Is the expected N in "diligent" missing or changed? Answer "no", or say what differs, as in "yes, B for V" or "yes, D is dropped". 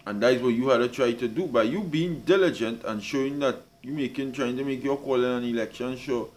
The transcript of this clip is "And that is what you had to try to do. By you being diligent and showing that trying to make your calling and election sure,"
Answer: no